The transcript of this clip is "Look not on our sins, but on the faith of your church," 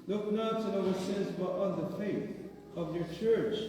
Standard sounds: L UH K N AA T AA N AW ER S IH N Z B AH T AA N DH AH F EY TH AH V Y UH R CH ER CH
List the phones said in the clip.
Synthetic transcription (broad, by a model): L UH K N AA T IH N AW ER S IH Z B AH T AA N DH AH F EY TH AH V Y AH R CH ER CH